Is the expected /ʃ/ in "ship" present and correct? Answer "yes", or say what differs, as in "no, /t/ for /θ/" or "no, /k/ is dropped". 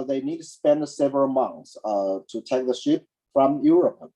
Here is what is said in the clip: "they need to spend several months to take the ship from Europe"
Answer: yes